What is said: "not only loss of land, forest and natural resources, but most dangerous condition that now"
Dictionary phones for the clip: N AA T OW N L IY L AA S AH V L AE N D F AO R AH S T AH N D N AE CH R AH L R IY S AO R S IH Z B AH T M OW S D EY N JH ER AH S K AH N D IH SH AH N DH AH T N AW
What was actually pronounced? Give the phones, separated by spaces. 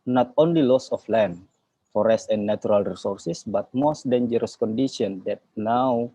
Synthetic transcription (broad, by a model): N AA T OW N L IY L AA S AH F L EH N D F AO R AH S T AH N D N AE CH R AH L R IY S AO R S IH S B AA T M OW S D EY N JH ER AH S K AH N D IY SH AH N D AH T N AW